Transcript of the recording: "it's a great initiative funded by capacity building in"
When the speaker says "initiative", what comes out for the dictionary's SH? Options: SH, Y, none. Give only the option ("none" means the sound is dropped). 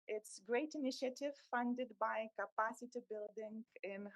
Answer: SH